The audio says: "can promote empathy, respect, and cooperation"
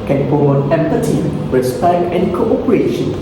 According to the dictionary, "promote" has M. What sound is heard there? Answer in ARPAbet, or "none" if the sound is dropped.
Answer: none